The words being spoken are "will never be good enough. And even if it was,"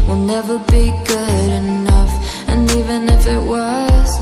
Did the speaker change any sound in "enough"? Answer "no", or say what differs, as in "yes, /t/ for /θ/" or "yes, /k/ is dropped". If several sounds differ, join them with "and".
no